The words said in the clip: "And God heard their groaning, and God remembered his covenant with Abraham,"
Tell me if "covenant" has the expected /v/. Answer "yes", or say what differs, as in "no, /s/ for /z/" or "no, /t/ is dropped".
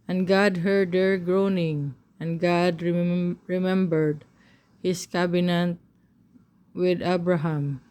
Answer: no, /b/ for /v/